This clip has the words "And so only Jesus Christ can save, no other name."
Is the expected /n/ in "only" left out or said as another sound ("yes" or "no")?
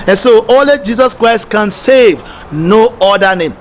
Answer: yes